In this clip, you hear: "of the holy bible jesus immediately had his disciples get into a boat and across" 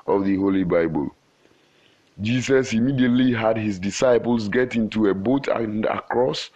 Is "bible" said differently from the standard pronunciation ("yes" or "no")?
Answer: no